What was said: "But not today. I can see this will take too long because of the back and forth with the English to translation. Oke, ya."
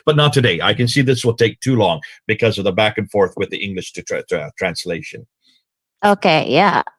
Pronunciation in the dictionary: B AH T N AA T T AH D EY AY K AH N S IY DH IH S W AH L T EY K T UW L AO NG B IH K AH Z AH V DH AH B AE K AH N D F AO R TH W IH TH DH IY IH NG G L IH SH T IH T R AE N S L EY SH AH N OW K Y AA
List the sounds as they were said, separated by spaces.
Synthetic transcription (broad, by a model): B AH T N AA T T AH D EY AY K AH N S IY DH IH S W AH L T EY K T UW L AO NG B IH K AH Z AH V DH AH B AE K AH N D F AO R TH W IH DH IY IH NG G L IH SH T IH T R AE N S L EY SH AH N OW K Y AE